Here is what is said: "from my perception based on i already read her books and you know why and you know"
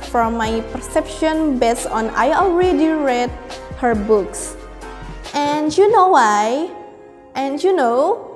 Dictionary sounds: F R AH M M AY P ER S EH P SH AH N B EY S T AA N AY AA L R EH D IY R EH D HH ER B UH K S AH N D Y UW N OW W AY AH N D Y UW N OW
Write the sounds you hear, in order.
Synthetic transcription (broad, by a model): F R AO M M AY P ER S EH P SH AH N B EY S AA N AY AA L R EH D IY R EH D HH ER B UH K S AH N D Y UW N OW W AY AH N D Y UW N OW